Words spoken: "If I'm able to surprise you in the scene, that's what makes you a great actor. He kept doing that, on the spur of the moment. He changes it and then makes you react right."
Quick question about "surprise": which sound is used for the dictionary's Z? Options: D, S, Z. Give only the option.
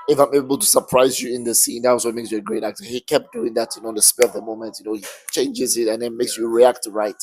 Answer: Z